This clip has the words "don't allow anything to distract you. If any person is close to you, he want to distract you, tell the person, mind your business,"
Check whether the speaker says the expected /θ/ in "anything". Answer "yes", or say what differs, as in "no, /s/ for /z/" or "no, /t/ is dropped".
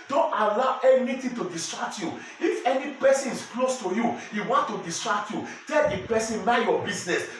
no, /t/ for /θ/